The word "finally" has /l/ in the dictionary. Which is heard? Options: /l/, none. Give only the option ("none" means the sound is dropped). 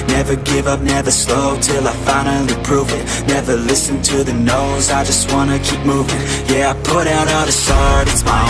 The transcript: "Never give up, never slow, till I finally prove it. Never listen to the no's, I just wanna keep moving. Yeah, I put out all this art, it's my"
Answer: none